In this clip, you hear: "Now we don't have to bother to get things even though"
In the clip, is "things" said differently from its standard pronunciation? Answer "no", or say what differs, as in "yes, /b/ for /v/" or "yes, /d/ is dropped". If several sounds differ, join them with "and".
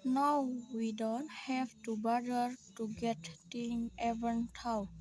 yes, /t/ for /θ/ and /z/ is dropped